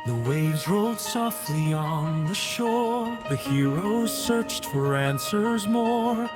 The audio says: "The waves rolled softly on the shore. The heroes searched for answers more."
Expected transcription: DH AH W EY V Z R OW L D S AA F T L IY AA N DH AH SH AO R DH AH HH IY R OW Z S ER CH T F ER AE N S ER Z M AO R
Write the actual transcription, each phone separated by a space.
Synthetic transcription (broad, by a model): DH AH W EY V Z R OW L D S AA F T L IY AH N DH AH SH AO R DH AH HH IY R OW Z S ER CH T F ER AE N S ER Z M AO R